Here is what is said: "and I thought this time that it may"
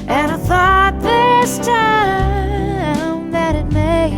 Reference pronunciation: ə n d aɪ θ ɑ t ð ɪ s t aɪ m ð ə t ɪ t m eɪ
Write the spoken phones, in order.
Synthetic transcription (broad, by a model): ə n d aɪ θ ɑ t ð ɪ s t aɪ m ð ə t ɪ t m eɪ